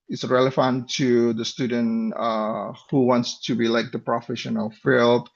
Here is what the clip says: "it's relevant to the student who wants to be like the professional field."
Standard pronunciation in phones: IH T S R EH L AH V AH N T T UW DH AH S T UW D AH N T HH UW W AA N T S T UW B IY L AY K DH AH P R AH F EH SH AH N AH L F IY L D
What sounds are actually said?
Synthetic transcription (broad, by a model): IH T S R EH L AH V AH N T T UW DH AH S T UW D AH N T HH UW W AA N T S T UW B IY L AY K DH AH P R AH F EH SH AH N AH L F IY L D